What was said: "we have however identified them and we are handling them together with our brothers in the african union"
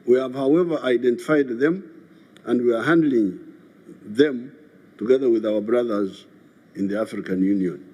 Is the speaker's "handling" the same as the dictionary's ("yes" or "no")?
yes